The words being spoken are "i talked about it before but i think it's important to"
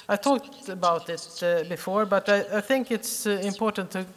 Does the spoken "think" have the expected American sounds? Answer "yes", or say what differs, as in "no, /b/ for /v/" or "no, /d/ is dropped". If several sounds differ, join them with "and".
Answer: yes